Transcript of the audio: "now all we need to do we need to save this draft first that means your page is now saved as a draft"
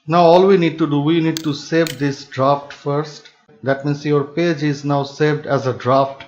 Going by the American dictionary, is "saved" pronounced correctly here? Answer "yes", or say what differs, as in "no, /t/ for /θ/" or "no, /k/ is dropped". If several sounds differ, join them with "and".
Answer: yes